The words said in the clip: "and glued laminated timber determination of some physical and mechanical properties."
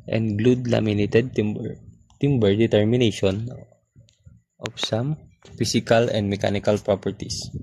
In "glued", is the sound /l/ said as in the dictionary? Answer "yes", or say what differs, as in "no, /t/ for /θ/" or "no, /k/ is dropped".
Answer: yes